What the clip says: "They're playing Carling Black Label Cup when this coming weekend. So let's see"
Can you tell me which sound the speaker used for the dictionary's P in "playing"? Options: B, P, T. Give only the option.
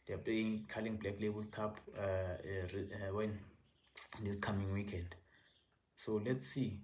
P